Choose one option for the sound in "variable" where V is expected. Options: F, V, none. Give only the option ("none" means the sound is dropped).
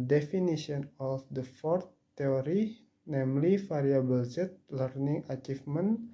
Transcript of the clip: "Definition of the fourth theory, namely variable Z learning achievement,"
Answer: F